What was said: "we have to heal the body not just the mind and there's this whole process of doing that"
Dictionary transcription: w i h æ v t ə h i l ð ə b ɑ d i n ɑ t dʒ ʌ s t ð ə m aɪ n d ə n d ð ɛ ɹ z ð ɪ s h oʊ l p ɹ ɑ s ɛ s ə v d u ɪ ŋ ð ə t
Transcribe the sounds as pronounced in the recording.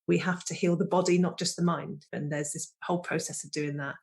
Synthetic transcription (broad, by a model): w i h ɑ f t ə h i l ð ə b ɑ d i n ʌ t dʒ ʌ s ð ə m aɪ n d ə n ð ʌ z ð ɪ s h oʊ l p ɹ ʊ s ɛ s ə v d u ɪ ŋ ð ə t